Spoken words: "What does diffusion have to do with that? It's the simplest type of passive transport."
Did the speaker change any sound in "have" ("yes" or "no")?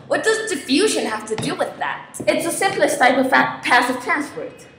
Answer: yes